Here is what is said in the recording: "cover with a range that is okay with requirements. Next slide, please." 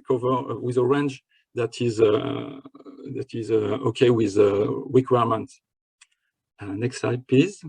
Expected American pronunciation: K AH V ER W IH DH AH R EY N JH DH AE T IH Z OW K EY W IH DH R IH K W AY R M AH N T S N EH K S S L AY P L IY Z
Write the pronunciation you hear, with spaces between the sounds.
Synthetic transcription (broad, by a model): K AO V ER W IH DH AH R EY N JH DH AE T IH Z OW K EY W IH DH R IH K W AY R M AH N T N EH K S S AY P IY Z